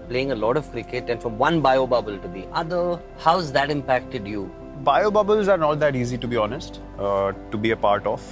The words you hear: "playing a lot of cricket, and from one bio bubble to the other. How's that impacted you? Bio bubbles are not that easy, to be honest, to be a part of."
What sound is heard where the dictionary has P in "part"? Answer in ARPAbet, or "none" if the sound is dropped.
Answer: P